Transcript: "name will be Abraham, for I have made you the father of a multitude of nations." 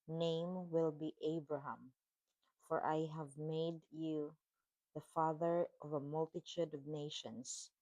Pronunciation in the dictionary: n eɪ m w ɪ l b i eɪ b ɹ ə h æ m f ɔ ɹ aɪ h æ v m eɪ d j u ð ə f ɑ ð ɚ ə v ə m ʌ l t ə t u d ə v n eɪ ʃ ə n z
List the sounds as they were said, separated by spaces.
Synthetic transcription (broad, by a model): n eɪ m w ɪ l b i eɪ b ɹ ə h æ m f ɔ ɹ aɪ h æ v m eɪ d j u ð ə f ɑ ð ɚ ə v ə m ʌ l t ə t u d ə v n eɪ ʃ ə n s